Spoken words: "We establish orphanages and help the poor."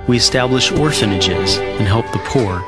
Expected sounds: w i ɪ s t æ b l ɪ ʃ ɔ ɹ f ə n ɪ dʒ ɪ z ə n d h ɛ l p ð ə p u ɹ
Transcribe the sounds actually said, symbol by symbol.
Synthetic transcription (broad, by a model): w i ɪ s t æ b l ɪ ʃ ɔ ɹ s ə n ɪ dʒ ɪ z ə n h ɛ l p ð ə p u ɹ